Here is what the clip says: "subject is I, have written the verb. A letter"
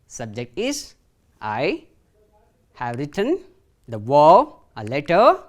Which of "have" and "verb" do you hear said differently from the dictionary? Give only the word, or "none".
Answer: verb